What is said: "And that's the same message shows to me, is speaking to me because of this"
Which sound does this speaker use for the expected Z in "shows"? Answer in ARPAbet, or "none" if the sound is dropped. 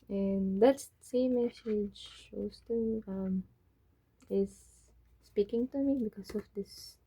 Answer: S